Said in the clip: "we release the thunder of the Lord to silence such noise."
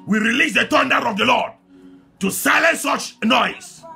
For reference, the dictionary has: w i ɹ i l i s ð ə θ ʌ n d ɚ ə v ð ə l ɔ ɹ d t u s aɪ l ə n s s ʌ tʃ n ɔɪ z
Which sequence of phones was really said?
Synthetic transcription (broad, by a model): w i ɹ i l i s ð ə t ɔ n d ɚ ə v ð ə l ɔ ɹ d t u s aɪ l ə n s s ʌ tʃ n ɔɪ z